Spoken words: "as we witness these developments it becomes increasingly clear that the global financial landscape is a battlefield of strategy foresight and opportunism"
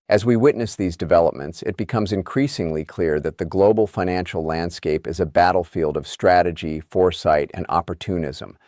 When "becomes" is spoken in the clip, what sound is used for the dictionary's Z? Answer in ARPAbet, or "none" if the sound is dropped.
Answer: Z